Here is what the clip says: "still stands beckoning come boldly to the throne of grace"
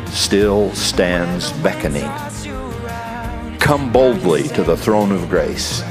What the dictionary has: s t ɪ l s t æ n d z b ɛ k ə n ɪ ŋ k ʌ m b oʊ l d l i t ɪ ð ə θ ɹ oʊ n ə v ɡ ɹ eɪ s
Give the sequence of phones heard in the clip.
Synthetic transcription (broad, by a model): s t ɪ l s t æ n d z b ɛ k ə n ɪ ŋ k ʌ m b oʊ l d l i t ɪ ð ə θ ɹ oʊ n ə v ɡ ɹ eɪ s